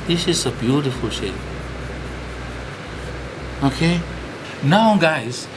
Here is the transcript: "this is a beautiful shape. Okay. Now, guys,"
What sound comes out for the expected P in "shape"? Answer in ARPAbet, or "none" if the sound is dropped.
none